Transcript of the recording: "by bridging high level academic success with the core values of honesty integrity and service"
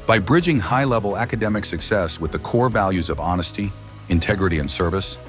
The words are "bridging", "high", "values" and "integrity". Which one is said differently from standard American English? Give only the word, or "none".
none